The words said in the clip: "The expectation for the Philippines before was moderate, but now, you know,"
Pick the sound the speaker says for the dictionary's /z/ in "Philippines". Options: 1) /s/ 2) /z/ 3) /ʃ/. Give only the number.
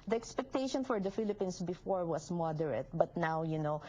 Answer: 1